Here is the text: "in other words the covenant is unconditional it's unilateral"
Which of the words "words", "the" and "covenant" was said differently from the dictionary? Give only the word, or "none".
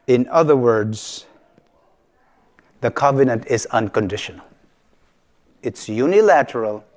none